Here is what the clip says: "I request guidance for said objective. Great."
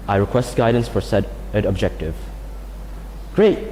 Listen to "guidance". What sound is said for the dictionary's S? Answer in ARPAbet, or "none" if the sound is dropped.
S